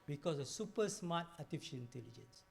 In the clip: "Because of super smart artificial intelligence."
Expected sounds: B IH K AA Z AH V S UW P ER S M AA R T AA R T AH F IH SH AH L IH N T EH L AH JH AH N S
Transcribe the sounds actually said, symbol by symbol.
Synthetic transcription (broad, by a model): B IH K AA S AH S UW P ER S M AA T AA T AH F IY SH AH N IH N T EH L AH JH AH N S